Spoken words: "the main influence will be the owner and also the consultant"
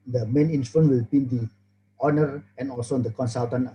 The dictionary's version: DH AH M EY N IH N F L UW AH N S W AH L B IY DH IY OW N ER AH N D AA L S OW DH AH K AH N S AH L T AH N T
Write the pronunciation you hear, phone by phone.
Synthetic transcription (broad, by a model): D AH M EY N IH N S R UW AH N W AH L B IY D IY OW N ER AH N AA L S OW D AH K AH N S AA L T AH N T